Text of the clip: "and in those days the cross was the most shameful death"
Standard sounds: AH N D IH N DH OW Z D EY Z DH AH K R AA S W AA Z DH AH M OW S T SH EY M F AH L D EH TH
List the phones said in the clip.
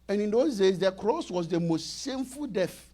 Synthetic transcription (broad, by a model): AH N IH N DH OW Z D EY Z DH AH K R AA S W AA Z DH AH M OW S T S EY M F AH L D EH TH